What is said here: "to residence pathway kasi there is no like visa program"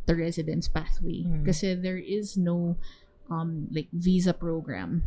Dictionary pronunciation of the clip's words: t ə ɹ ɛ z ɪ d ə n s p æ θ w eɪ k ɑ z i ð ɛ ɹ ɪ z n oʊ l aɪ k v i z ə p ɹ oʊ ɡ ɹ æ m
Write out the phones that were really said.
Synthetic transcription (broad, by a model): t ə ɹ ɛ z ɪ d ə n s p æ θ w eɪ k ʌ s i ð ɛ ɹ ɪ z n oʊ l aɪ k v i z ə p ɹ oʊ ɡ ɹ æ m